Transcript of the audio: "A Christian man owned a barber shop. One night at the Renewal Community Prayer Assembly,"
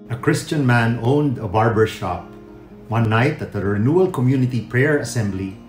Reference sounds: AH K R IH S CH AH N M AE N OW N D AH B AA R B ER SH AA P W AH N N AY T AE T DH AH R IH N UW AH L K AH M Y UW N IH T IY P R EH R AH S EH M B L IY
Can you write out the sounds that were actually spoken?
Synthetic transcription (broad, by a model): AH K R IH S CH AH N M AE N OW N D AH B AA R B ER SH AA P W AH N N AY T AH T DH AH R IH N UW AH L K AH M Y UW N IH T IY P R EH R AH S EH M B L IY